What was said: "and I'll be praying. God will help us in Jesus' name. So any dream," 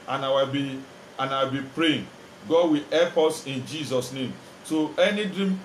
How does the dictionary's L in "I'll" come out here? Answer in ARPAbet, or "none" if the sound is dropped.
W